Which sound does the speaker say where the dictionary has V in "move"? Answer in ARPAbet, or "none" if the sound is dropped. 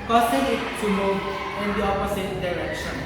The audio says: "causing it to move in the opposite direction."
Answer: none